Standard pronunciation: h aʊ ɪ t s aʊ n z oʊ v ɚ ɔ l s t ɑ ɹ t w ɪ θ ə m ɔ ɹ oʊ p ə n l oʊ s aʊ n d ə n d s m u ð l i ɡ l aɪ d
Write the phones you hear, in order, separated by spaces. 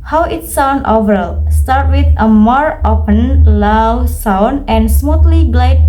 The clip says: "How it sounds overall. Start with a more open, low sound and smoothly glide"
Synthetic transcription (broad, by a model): h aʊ ɪ t s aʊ n oʊ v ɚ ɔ l s t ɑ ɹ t w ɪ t ə m ɔ ɹ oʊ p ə n l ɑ s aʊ n ə n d s m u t l i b l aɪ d